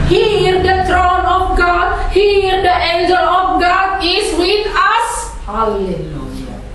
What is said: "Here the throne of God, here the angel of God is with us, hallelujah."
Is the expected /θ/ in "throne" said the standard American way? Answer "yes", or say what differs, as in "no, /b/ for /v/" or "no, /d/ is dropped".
no, /t/ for /θ/